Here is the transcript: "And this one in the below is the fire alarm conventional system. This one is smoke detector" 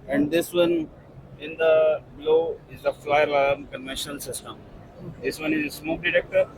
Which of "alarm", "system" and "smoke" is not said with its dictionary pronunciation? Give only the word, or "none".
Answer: alarm